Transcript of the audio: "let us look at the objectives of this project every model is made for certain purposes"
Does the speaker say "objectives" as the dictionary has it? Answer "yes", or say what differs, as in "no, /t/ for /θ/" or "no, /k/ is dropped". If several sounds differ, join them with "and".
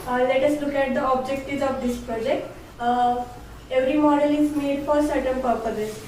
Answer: no, /v/ is dropped